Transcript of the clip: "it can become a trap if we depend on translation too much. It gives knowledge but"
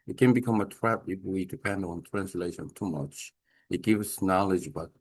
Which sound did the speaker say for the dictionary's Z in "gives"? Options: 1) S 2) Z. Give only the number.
1